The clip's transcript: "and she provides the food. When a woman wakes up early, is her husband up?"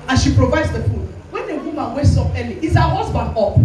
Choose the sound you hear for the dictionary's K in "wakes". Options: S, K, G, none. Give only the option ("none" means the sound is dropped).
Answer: none